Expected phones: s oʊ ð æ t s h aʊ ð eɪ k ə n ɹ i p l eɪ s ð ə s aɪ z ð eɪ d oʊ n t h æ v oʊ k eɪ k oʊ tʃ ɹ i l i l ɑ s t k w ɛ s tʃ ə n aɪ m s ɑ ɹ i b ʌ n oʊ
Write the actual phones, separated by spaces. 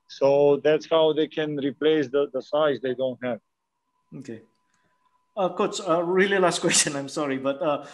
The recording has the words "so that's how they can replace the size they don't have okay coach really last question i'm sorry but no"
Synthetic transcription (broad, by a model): s oʊ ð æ t s h aʊ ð eɪ k ə n ɹ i p l eɪ s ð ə s aɪ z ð eɪ d oʊ n t h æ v oʊ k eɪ k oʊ s ɹ i l i l ɑ s t k w ɛ s tʃ ə n aɪ m s ɑ ɹ i b ʌ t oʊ